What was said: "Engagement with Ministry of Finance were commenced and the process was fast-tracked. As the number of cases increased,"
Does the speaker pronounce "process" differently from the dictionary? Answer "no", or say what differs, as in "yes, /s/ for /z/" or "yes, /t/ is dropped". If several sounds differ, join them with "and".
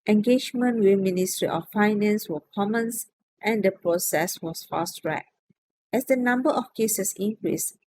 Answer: no